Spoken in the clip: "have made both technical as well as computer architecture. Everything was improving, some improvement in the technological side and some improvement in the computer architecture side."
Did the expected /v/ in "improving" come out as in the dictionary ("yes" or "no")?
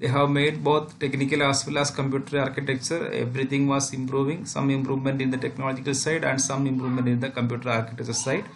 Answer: yes